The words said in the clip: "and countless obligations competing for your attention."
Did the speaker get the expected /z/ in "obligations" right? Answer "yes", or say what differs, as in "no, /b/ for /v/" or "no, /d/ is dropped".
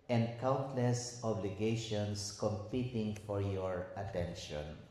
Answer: no, /s/ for /z/